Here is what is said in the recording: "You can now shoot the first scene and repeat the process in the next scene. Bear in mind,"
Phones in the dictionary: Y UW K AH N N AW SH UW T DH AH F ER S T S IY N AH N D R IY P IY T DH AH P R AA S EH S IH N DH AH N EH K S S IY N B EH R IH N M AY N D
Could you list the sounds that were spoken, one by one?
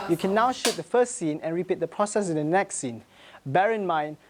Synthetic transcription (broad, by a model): Y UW K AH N N AW SH UW T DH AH F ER S T S IY N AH N R IY P IY T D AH P R AA S EH S IH N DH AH N EH K S S IY N B EH R IH N M AY N